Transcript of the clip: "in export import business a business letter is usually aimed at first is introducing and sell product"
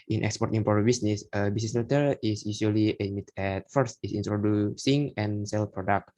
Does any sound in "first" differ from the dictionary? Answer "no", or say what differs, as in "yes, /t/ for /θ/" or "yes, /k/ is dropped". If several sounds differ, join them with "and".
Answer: no